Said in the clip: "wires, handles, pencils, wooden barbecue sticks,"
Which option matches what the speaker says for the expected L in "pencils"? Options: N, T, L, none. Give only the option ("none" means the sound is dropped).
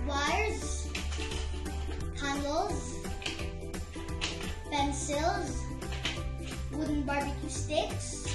L